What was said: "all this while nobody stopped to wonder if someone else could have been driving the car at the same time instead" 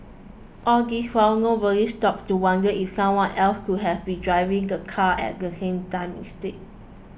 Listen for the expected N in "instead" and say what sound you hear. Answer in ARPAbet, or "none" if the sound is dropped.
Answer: none